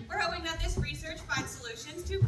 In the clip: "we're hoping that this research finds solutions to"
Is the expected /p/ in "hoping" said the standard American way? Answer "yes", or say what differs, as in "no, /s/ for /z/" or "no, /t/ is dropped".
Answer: no, /p/ is dropped